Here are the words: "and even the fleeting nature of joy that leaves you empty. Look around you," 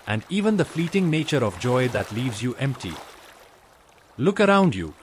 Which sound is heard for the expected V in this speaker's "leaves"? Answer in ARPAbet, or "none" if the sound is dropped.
V